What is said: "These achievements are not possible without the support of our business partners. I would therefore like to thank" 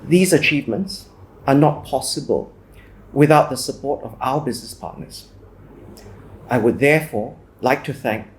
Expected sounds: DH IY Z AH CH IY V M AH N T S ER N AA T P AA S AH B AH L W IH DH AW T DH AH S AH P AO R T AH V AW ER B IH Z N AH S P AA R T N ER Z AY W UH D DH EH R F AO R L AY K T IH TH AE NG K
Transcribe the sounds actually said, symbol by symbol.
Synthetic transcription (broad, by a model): DH IY Z AH CH IY V M AH N T S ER N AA T P AA S AH B AH L W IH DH AW T DH AH S AH P AO R T AH V AW ER B IH Z N AH S P AA R T N ER Z AY W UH D DH EH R F AO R L AY K T IH TH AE NG K